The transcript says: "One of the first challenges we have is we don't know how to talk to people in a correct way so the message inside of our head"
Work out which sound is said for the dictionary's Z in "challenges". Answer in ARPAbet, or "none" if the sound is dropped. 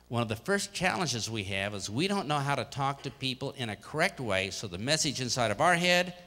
Z